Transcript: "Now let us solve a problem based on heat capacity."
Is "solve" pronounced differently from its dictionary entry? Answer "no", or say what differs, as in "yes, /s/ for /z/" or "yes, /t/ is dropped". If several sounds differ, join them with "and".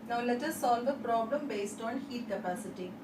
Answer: no